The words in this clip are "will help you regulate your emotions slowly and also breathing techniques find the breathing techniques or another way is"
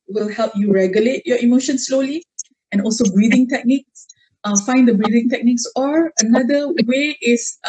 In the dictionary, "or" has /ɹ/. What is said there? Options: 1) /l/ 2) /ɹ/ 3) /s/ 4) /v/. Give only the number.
2